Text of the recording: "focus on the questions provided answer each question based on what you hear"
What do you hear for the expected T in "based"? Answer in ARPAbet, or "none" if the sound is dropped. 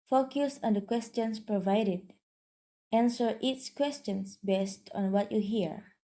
T